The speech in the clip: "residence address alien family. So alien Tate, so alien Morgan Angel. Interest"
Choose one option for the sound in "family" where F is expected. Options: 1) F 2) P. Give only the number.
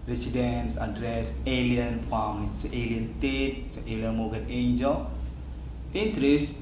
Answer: 2